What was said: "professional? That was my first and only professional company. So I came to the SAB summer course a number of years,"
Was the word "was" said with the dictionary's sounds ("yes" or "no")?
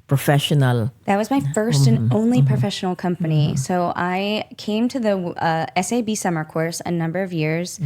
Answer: yes